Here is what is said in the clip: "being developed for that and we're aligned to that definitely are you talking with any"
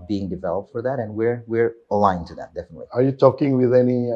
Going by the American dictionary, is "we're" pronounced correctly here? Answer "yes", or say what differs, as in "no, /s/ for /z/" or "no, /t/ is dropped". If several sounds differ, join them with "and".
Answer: yes